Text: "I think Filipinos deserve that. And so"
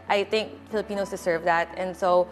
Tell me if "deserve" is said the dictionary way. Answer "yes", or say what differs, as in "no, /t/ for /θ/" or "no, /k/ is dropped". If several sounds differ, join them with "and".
no, /s/ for /z/